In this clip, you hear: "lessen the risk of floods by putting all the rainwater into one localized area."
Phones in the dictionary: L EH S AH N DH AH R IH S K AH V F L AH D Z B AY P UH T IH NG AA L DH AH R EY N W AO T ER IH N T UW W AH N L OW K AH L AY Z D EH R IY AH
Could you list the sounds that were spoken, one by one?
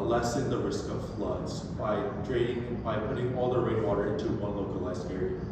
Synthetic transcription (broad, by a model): L EH S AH N DH AH R IH S K AH V F L AH D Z B AY P UH T IH NG AA L DH AH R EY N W AO T ER IH N T UW W AH N L OW K AH L AY Z D EH R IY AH